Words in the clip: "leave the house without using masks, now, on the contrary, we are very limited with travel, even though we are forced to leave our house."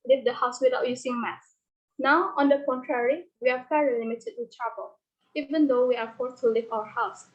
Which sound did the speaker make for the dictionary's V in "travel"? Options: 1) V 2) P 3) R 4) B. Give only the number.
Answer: 4